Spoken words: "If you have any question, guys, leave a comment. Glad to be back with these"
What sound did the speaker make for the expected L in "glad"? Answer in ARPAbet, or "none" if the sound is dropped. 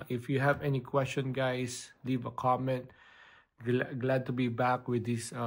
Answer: L